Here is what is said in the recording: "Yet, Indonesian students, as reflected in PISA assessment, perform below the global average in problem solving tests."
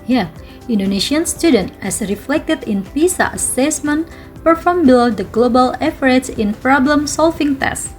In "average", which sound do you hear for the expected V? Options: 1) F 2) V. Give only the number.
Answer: 1